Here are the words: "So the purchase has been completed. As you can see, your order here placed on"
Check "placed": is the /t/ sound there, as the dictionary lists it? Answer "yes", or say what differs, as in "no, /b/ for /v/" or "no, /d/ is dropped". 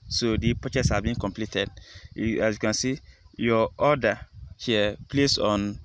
no, /t/ is dropped